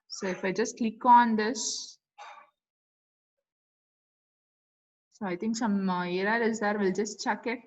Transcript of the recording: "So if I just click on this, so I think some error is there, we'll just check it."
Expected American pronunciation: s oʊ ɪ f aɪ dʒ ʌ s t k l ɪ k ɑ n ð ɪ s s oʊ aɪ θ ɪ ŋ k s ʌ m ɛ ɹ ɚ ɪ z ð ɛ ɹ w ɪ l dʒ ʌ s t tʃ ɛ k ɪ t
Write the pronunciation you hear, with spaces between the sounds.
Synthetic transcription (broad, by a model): s oʊ ɪ f aɪ dʒ ʌ s t k l ɪ k ɑ n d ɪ s s oʊ aɪ t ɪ ŋ k s ʌ m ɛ ɹ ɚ ɪ z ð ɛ ɹ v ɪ l dʒ ʌ s t tʃ ɛ k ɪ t